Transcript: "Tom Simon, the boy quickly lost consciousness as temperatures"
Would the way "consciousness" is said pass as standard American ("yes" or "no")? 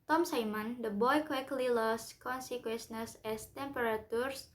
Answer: no